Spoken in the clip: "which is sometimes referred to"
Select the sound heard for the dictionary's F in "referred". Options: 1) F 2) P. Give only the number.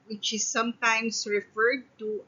1